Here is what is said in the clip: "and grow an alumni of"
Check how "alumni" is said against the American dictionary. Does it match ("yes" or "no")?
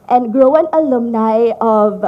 yes